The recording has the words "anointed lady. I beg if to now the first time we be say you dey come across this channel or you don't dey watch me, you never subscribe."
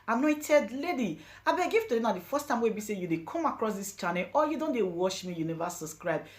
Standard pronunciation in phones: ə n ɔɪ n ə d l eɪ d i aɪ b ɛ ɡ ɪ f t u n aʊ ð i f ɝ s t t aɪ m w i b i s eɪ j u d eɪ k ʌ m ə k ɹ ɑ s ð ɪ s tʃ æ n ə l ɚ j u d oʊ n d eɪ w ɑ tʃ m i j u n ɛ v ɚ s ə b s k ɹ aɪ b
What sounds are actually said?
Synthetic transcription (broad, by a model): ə n ɔɪ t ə d l eɪ d i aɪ b ɛ ɡ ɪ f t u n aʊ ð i f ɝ s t t aɪ m w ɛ b i s eɪ j u d eɪ k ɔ m ə k ɹ ɑ s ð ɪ s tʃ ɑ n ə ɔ j u d oʊ n d eɪ w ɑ ʃ m i j u n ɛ v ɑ s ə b s k ɹ aɪ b